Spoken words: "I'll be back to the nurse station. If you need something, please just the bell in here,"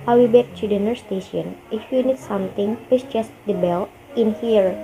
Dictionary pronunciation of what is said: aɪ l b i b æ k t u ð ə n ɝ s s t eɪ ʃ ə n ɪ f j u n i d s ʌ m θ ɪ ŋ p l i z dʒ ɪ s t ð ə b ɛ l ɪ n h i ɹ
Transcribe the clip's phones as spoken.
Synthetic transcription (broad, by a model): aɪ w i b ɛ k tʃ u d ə n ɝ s s t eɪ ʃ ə n ɪ f j u n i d s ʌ m t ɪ ŋ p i s dʒ ɪ s t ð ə b ɛ l ɪ n h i ɹ